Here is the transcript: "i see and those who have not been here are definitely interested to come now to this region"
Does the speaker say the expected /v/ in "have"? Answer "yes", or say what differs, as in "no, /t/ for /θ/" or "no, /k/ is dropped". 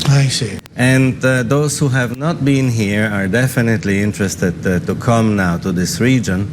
yes